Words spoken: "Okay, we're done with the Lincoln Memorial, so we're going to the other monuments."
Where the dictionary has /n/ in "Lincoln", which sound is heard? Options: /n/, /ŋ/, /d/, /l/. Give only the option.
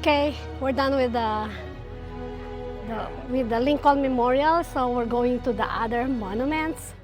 /l/